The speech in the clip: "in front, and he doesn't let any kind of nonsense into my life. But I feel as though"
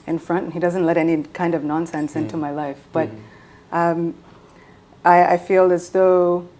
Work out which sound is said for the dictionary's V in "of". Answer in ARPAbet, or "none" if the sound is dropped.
V